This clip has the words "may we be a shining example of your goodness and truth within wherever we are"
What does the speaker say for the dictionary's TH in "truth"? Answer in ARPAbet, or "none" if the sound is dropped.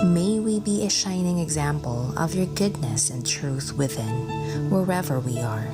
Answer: TH